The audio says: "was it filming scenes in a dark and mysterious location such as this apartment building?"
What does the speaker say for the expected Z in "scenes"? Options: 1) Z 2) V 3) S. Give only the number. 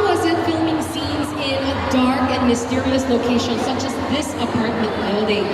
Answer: 1